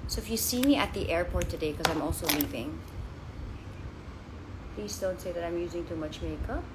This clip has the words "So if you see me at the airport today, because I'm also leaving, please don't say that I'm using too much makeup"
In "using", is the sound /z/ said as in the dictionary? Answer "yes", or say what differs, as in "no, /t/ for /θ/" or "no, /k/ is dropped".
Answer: yes